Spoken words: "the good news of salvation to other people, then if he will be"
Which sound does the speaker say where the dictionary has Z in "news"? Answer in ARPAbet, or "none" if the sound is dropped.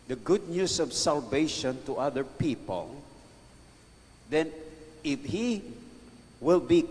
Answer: S